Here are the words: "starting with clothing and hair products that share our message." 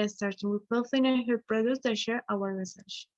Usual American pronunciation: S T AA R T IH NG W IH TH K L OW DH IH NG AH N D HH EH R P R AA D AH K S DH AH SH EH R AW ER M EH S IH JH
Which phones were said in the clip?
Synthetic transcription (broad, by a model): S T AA R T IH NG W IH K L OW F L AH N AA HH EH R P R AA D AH S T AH SH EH R AW ER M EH S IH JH